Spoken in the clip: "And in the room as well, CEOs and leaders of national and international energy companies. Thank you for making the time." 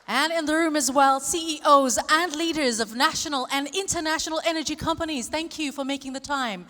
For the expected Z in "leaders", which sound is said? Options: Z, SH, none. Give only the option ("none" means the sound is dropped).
Z